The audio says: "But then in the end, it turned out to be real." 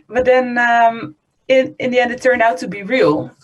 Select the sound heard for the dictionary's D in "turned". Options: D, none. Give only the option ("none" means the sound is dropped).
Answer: D